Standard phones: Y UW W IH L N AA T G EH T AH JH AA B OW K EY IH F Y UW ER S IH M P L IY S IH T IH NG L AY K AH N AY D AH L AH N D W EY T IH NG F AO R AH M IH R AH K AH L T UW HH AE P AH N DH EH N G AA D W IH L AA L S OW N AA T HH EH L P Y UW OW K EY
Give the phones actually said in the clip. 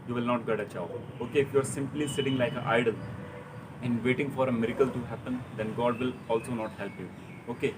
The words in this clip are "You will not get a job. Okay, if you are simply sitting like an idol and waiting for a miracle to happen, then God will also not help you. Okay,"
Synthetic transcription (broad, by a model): Y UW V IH L N AA T G EH T AH CH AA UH OW K EY IH F Y UW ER S IH M P L IY S IH T IH NG L AY K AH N AY D AH L AH N D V EY T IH NG F AO R AH M IH R AH K AH L T UW HH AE P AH N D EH N G AA D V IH L AA L S OW N AA T HH EH L P Y UW OW K EY